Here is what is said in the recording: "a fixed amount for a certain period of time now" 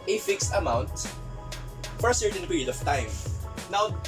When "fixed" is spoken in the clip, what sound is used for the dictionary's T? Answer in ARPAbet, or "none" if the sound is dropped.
T